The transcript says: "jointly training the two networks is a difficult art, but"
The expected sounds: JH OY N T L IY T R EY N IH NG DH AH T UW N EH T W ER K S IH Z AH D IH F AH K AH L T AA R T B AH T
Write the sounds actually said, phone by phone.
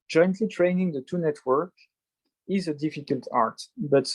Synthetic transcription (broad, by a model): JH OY N T L IY T R EY N IH NG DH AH T UW N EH T W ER K IH Z AH D IH F AH K AH L T AA R T B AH T